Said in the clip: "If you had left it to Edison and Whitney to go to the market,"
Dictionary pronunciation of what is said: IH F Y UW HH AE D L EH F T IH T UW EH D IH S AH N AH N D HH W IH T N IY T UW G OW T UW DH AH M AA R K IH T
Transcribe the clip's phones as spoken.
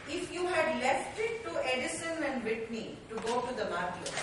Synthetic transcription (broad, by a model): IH F Y UW HH AE D L EH F T IH T UW EH D IH S AH N AH N D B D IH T N IY T UW G OW T UW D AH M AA R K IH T